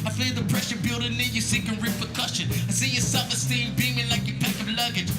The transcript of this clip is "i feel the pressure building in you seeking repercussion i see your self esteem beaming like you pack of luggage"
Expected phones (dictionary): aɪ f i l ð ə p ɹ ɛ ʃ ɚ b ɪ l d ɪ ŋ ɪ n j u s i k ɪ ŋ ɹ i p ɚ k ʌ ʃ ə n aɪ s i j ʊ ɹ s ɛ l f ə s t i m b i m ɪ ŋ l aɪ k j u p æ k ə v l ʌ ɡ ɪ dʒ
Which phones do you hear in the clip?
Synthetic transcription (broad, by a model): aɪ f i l ð ə p ɹ ɛ ʃ ɚ b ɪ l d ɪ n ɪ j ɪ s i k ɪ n ɹ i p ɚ k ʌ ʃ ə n aɪ s i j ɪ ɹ s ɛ f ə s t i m b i m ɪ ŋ l aɪ k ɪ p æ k ə v l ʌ ɡ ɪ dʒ